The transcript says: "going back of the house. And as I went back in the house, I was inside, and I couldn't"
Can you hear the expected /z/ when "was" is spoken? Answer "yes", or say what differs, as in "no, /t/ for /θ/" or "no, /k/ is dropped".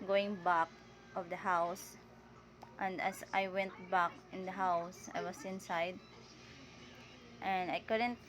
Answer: no, /s/ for /z/